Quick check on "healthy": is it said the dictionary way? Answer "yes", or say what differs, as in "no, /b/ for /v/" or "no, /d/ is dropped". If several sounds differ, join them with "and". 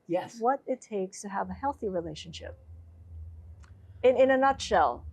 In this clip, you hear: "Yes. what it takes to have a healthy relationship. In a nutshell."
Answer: yes